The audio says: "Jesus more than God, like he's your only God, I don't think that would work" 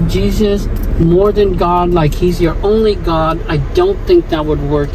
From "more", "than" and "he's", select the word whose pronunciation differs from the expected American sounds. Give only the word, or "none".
none